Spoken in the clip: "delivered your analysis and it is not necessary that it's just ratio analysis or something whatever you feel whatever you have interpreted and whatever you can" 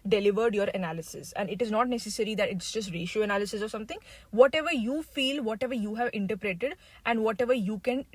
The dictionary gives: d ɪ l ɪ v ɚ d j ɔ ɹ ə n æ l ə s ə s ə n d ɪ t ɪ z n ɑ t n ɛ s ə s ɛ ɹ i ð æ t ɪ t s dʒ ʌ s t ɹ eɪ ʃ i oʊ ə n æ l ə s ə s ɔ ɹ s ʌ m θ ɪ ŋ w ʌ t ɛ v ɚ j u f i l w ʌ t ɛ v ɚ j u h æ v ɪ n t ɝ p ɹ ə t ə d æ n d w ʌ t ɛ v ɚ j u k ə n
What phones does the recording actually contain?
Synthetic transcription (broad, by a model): d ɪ l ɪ v ɚ d j ɔ ɹ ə n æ l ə s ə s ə n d ɪ t ɪ z n ɑ t n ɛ s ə s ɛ ɹ i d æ t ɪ t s dʒ ʌ s t ɹ eɪ ʃ i oʊ ə n æ l ə s ə s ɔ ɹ s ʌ m t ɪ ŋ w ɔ t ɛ v ɚ j u f i l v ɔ t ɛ v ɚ j u h æ v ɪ n t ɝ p ɹ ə t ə d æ n d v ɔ t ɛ v ɚ j u k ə n